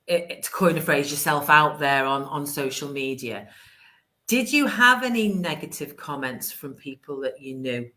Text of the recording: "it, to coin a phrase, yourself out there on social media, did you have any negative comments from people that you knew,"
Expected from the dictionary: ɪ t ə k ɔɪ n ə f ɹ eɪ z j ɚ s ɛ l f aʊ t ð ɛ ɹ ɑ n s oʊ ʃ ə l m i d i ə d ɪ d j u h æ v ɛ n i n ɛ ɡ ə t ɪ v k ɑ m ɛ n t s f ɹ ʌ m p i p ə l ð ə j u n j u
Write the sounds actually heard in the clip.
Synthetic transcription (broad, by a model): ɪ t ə k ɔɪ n ə f ɹ eɪ z j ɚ s ɛ l f aʊ t ð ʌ ɹ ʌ n s oʊ ʃ ə l m i d i ə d ɪ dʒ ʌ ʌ v ɛ n i n ɛ ɡ ə t ɪ v k ɑ m ɛ n t s f ɹ ʌ m p i p ə l ð ə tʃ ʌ n j u